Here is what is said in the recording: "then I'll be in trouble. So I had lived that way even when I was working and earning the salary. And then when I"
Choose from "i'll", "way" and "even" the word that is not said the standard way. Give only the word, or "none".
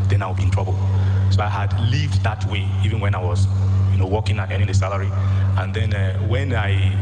i'll